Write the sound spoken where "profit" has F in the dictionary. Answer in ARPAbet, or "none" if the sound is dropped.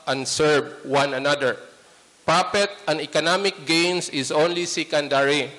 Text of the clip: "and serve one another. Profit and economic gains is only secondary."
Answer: P